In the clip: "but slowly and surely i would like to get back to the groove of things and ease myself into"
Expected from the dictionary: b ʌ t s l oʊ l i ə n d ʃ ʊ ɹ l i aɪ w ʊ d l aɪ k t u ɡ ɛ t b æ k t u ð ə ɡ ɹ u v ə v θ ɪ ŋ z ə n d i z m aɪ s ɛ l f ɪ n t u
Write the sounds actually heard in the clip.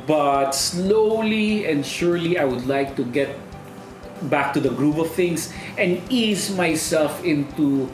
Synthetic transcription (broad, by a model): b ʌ t s l oʊ l i ə n d ʃ ʊ ɹ l i aɪ w ʊ d l aɪ k t u ɡ ɛ t b æ k t u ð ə ɡ ɹ u p ə v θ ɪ ŋ s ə n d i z m aɪ s ɛ l f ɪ n t u